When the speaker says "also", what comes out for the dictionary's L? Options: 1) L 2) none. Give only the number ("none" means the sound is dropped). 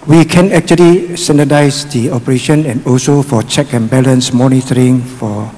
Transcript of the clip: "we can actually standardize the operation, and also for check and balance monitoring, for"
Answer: 1